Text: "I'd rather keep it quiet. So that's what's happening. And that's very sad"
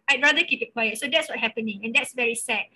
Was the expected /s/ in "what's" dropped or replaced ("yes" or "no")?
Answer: yes